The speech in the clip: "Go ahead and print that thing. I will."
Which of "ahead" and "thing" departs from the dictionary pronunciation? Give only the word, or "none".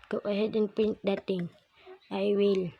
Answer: thing